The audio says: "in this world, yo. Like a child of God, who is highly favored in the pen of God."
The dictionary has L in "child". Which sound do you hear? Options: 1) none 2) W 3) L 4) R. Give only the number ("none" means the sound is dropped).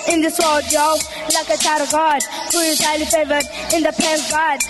1